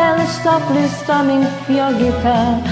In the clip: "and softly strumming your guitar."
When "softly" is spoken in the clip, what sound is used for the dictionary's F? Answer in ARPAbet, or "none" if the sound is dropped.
P